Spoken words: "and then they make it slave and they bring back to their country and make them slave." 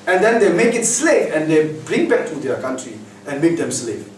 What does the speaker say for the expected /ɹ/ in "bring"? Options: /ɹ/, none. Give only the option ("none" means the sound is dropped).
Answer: /ɹ/